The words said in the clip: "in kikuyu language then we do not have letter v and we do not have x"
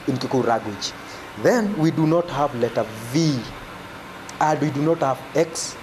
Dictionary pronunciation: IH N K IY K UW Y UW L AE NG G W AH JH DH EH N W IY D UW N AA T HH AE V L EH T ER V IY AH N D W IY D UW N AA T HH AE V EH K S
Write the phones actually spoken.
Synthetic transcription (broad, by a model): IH N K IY K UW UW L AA G W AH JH DH EH N W IY D UW N AA T HH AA V L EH T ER V IY AH N D W IY D UW N AA T HH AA V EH K S